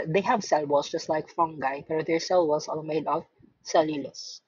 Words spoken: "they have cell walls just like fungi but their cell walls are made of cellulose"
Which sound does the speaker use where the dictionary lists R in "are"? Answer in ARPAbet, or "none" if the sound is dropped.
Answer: L